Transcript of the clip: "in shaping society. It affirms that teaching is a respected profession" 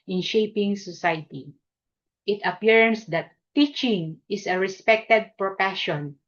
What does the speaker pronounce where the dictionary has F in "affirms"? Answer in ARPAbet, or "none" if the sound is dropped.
P